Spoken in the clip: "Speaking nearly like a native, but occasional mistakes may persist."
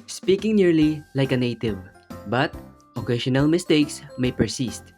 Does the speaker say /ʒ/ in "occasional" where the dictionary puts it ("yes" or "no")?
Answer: no